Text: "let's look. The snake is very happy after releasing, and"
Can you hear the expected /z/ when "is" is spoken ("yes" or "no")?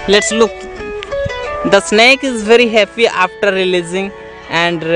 yes